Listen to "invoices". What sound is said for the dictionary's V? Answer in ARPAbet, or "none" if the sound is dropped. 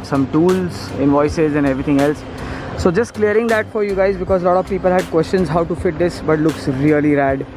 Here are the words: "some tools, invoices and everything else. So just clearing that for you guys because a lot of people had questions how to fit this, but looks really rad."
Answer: V